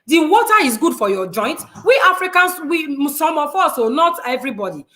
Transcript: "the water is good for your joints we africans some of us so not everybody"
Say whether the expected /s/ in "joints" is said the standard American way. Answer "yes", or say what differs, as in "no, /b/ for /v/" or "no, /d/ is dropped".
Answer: no, /s/ is dropped